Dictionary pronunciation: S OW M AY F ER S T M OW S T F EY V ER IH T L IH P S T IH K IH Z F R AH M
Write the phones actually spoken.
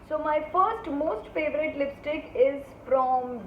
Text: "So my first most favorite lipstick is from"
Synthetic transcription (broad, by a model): S OW M AY F ER S T M OW S T F EY V ER IH T L IH P S T IH K IH Z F R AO M